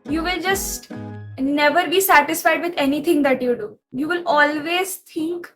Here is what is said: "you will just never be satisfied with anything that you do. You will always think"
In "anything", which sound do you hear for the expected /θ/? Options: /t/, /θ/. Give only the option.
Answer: /t/